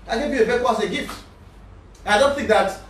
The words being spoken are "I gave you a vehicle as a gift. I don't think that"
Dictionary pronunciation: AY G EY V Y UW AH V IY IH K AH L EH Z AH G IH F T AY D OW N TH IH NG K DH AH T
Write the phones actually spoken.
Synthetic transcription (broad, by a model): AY G EY V Y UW AH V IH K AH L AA S AH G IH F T AY D OW N TH IH NG K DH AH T